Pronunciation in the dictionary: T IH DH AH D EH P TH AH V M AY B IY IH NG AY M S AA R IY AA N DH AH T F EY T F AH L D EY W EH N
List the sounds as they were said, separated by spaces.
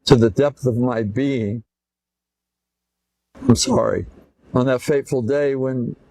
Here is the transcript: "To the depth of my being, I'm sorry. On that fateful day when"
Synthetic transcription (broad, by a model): T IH DH AH D EH P TH AH V M AY B IY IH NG AY M S AA R IY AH N DH AH T F EY T F L D EY W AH N